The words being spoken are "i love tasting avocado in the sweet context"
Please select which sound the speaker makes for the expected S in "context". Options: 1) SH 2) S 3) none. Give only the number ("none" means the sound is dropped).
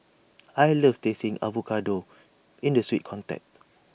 3